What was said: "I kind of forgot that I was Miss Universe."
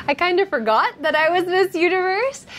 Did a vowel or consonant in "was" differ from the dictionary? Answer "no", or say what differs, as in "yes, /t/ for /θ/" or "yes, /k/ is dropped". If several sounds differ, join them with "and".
no